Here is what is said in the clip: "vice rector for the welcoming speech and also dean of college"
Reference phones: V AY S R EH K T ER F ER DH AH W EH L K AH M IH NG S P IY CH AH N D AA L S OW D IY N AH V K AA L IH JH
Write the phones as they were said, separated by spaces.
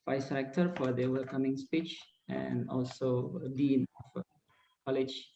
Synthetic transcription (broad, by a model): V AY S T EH K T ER F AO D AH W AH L K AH M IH NG S P IY CH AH N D AA L S OW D IY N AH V K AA L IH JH